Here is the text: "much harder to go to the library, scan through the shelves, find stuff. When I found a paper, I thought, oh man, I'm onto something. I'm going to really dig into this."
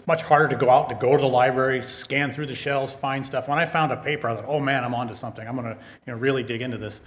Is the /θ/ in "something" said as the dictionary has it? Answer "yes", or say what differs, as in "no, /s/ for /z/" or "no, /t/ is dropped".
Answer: yes